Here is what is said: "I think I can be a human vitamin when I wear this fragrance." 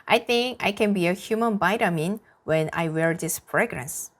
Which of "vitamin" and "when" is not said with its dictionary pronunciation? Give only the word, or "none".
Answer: vitamin